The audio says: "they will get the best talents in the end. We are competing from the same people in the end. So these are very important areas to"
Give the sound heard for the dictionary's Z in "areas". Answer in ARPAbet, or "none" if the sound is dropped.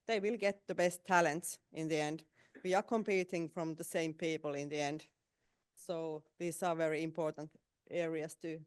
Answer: S